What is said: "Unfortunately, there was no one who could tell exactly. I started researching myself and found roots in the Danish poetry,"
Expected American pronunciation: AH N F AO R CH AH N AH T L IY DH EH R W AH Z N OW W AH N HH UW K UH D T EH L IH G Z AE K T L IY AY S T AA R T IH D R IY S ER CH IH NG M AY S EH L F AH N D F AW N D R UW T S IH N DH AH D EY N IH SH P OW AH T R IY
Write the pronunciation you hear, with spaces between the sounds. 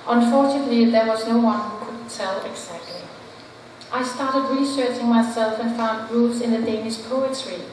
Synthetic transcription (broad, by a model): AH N F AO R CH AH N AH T L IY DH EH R W AH Z N OW W AH N HH UW K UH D T EH L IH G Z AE K T L IY AY S T AA R T IH D R IY S ER CH IH NG M AY S EH L F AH N F AW N D R UW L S IH N DH AH D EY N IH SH P OW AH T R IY